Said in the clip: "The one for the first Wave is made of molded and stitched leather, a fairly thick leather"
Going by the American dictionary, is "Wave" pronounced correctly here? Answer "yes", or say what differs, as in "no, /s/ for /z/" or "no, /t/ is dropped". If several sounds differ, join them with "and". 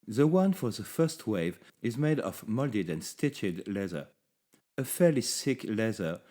yes